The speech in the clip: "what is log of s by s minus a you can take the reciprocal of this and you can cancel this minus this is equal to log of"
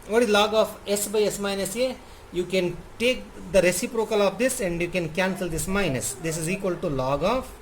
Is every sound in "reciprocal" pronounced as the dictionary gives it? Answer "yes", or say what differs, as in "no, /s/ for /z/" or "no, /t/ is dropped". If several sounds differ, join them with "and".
yes